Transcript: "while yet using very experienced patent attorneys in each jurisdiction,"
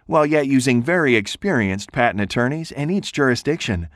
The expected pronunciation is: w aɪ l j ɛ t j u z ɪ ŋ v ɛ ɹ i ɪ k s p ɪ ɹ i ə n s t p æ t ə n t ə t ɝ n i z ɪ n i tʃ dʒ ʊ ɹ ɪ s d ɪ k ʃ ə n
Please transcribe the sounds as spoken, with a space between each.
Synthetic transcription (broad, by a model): w aɪ l j ɛ t j u z ɪ ŋ v ɛ ɹ i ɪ k s p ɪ ɹ i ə n s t p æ t n ə t ɝ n i z ɪ n i tʃ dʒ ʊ ɹ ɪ s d ɪ k ʃ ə n